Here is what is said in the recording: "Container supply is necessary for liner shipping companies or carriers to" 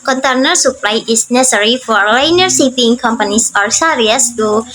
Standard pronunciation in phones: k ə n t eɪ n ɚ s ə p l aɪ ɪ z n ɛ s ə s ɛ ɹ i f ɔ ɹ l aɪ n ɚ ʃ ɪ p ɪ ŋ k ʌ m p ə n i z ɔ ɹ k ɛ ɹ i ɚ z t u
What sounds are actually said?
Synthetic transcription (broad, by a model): k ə n t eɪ n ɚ s ə p l aɪ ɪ s n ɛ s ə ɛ ɹ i f ɔ ɹ l aɪ n ɚ s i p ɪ ŋ k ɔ m p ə n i s ɔ ɹ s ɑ ɹ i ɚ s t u